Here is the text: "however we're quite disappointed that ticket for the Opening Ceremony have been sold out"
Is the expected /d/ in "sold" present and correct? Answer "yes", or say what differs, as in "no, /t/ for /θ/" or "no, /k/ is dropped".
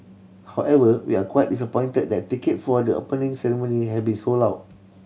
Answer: no, /d/ is dropped